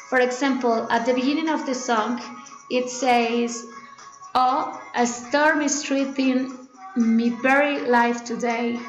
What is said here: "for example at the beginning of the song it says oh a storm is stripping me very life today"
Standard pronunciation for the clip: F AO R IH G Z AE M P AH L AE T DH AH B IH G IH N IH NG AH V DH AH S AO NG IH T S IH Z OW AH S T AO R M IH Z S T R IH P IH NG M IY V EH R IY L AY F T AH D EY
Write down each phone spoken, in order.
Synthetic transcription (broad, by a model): F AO R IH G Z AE M P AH L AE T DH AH B IH G IH N IH NG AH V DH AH S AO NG IH T S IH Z OW AH S T AO R M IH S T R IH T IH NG M IY B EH R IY L AY F T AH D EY